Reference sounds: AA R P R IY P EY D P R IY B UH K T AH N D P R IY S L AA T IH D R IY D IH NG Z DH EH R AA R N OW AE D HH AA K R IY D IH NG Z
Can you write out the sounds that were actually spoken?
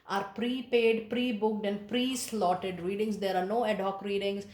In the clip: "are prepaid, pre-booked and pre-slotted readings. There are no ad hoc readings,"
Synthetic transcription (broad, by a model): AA R P R IY P EY D P R IY B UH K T AH N D P R IY S L AA T IH D R IY D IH NG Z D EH R AA R N OW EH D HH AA K R IY D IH NG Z